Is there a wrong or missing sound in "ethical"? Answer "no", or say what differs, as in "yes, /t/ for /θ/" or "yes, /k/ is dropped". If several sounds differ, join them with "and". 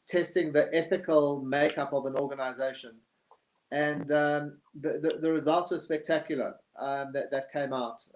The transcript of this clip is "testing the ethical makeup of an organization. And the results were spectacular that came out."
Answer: no